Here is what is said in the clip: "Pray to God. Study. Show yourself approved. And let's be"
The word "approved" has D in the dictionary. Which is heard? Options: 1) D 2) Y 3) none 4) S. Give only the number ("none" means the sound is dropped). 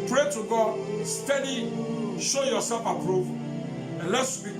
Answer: 3